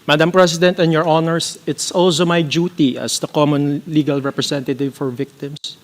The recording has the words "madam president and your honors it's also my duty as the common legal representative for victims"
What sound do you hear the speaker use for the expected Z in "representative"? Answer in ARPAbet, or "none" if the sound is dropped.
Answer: S